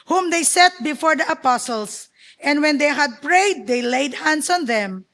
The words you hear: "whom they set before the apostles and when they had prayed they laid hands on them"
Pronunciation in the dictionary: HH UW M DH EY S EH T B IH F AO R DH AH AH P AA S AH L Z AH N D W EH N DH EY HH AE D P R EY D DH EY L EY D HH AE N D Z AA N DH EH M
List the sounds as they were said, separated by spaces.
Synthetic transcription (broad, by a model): HH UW M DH EY S EH T B IH F AO R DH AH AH P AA S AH L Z AH N D W EH N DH EY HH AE D P R EY D EY L EY D HH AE N D S AA N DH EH M